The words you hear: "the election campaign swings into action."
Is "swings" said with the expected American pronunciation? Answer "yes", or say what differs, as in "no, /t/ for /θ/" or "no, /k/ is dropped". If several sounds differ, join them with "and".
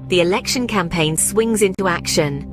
yes